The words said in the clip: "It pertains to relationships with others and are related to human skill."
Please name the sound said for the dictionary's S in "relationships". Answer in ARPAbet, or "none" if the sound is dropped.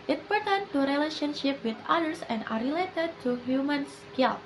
none